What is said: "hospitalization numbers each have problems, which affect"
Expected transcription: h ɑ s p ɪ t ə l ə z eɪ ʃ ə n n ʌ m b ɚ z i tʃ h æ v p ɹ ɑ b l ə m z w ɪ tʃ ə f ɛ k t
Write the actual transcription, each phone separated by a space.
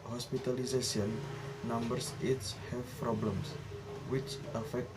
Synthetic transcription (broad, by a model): h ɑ s p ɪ t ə l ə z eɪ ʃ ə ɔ n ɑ m b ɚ s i s h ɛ f p ɹ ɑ b l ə m s w ɪ tʃ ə f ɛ k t